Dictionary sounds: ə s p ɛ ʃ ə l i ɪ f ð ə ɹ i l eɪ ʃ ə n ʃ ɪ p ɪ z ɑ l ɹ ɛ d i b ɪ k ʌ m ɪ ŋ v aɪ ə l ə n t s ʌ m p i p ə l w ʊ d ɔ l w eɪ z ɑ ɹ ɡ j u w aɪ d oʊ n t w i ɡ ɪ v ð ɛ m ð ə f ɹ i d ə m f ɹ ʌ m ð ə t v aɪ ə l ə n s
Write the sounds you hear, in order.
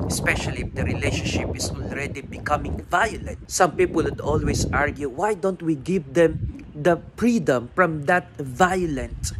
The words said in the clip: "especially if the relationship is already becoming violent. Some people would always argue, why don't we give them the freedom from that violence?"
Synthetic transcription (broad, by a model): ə s p ɛ ʃ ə l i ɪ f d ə ɹ i l eɪ ʃ ə n ʃ ɪ p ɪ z ɑ l ɹ ɛ d i b ɪ k ʌ m ɪ ŋ v aɪ ə l ə n t s ʌ m p i p ə l w ʊ d ɔ l w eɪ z ɑ ɹ ɡ j u w aɪ d oʊ n t w i ɡ ɪ v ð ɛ m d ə f ɹ i d ə m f ɹ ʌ m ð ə t v aɪ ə l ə n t